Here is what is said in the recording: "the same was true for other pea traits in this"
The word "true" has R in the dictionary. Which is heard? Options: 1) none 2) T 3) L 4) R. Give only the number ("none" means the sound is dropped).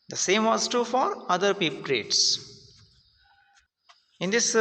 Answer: 1